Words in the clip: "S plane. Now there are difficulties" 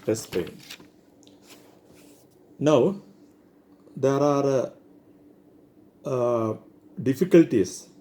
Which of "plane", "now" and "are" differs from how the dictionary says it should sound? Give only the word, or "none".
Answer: plane